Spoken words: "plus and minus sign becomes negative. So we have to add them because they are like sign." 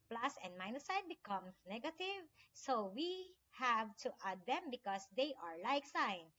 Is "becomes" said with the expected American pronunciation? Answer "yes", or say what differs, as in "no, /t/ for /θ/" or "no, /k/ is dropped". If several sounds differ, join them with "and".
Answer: no, /z/ is dropped